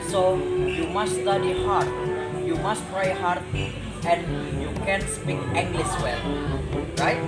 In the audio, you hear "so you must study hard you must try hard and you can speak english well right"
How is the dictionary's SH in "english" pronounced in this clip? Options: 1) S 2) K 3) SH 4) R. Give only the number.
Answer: 1